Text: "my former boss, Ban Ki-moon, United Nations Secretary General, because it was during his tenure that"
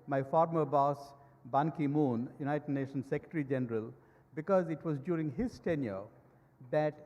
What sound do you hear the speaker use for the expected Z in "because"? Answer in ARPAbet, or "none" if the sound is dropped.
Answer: Z